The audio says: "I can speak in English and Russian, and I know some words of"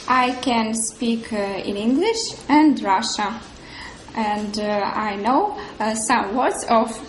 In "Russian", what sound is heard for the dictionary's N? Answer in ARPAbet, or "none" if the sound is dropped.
none